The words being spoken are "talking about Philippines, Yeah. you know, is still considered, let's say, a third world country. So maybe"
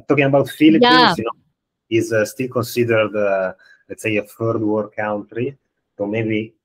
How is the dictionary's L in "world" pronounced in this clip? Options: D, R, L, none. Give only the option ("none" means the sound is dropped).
none